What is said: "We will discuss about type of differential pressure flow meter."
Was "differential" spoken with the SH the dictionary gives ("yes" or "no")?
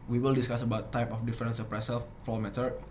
no